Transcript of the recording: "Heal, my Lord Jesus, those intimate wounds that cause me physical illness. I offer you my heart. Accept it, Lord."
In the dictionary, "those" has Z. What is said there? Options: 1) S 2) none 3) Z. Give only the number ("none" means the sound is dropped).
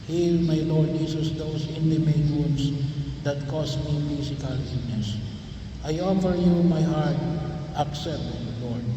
1